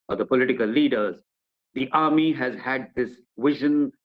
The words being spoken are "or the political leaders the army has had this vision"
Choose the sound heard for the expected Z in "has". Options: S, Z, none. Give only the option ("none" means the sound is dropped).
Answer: Z